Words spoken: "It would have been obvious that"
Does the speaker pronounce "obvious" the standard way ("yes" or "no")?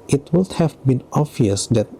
no